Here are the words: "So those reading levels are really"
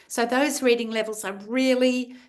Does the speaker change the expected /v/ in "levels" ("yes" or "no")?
no